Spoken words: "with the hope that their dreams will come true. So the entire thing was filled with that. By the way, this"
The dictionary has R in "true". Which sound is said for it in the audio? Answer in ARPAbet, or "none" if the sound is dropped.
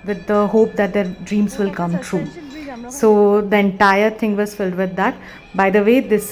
R